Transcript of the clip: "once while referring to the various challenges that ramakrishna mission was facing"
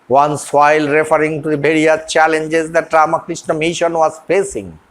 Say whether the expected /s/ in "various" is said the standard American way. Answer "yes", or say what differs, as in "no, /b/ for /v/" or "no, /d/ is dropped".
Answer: no, /s/ is dropped